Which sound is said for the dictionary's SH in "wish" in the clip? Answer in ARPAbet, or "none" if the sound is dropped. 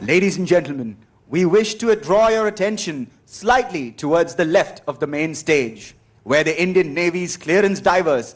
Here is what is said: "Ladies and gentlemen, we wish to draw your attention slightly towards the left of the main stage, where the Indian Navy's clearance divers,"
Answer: SH